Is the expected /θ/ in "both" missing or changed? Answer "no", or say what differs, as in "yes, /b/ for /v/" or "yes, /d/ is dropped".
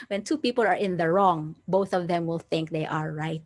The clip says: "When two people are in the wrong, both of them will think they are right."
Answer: no